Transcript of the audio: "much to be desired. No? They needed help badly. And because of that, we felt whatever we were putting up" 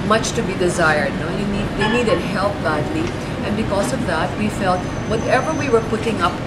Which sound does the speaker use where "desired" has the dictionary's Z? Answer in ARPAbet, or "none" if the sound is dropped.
Z